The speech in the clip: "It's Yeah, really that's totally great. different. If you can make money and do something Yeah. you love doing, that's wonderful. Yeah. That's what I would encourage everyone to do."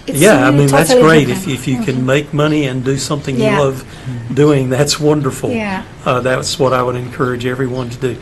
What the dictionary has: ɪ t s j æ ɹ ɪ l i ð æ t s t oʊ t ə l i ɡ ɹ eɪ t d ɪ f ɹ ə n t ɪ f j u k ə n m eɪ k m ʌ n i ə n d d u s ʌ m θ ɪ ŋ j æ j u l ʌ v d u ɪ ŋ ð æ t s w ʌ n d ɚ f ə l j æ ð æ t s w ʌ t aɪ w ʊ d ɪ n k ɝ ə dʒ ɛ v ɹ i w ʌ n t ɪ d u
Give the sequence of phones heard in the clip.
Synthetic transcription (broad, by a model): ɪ j æ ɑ ɪ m i ð æ t s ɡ ɹ eɪ ɪ ɹ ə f ɪ f j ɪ k ə n m eɪ k m ʌ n i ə n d d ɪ s ʌ m θ ɪ ŋ j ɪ l ʌ v d u ɪ ŋ ð æ t s w ʌ n d ɚ f l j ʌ ð æ t s w ʌ t aɪ w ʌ d ɪ n k ɝ ə dʒ ɛ v ɹ i w ʌ n t ɪ d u